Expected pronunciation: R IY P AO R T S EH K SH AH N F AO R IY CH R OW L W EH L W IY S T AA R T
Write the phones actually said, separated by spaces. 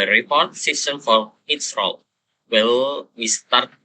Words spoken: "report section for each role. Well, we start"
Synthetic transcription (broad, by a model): R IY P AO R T S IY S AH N F AO R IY S R OW L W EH L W IY S T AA R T